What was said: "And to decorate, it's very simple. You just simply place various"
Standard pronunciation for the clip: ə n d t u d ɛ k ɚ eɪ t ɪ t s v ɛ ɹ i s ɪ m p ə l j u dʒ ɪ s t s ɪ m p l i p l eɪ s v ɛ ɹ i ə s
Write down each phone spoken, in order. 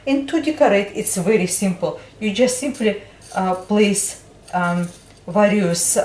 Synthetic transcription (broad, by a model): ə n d t u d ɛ k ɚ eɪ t ɪ t s v ɛ ɹ i s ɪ m p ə l j u dʒ ɪ s t s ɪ m p l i p l eɪ s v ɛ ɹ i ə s